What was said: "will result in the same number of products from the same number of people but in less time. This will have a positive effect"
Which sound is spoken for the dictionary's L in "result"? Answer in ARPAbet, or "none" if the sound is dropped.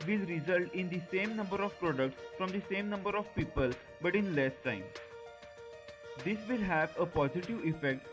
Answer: L